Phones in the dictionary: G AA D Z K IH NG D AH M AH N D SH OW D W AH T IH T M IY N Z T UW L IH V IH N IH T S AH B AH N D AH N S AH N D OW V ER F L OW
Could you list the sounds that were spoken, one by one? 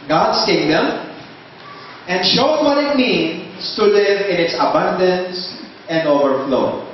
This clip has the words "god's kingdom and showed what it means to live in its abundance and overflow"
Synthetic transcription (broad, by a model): G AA D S K IH NG D AH M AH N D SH OW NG W AH T IH T M IY N S T UW L IH V IH N IH T S AH B AH N D AH N S AH N D OW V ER F L OW